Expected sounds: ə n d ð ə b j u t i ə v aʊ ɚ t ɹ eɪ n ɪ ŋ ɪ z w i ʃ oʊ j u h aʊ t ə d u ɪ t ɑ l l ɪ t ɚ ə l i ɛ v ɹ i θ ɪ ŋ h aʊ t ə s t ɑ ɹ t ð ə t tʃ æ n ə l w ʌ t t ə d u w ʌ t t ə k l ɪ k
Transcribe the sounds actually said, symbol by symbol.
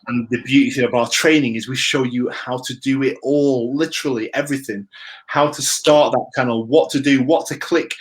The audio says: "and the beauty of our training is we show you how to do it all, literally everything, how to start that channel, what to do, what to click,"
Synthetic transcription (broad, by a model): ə n ð ə b j u t i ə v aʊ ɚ t ɹ eɪ n ɪ ŋ ɪ z w i ʃ oʊ j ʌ h aʊ t ə d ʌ ɪ t ɑ l l ɪ t ɚ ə l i ɛ v ɹ i θ ɪ ŋ h aʊ t ə s t ɑ ɹ t ð ə t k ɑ ə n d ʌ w t ə d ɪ w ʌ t t ə k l ɪ k